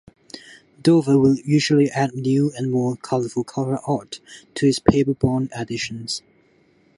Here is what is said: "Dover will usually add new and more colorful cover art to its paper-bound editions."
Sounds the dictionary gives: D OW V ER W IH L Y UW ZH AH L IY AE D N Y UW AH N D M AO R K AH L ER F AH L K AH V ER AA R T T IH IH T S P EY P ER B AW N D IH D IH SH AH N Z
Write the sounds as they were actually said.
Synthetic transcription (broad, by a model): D OW V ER W IH L Y UW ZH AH L IY AE D N Y UW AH N M AO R K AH L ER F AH L K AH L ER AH T T IH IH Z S P EY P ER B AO N IH D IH SH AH N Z